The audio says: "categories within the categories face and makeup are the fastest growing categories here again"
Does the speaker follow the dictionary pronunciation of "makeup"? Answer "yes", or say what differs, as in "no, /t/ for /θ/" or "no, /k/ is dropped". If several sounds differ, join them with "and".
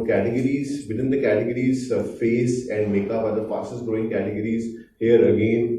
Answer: no, /b/ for /p/